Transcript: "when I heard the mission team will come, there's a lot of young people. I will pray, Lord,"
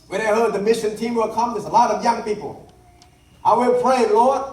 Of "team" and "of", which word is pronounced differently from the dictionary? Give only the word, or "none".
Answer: none